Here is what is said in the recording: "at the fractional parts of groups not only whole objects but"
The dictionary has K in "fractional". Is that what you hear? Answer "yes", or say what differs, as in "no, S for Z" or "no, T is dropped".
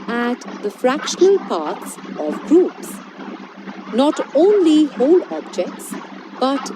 yes